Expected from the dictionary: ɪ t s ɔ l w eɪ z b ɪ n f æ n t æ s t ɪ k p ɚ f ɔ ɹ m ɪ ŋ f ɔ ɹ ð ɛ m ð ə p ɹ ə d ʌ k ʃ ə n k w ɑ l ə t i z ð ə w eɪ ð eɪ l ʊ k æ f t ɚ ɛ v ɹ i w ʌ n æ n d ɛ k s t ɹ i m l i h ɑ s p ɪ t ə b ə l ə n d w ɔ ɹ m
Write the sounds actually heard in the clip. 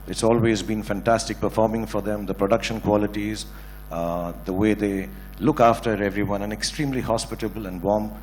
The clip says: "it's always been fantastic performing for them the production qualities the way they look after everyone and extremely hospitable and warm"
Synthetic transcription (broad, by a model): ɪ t s ɔ l w eɪ z b ɪ n f æ n t æ s t ɪ k p ɚ f ɔ ɹ m ɪ ŋ f ɔ ɹ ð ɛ m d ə p ɹ ə d ʌ k ʃ ə n k w ɑ l ə t i z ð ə w eɪ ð eɪ l ʊ k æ f t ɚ ɛ v ɹ i w ʌ n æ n ɛ k s t ɹ i m l i h ɑ s p ɪ t ə b ə l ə n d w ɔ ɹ m